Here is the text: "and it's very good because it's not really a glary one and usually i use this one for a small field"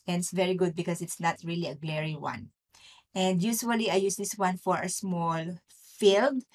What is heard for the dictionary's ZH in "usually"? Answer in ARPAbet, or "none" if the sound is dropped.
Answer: S